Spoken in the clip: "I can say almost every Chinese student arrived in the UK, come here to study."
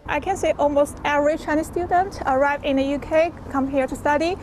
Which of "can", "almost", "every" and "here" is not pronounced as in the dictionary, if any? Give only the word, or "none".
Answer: every